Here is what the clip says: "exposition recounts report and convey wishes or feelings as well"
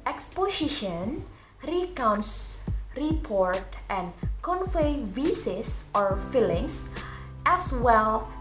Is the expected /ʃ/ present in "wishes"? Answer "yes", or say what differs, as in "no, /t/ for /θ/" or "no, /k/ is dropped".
no, /s/ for /ʃ/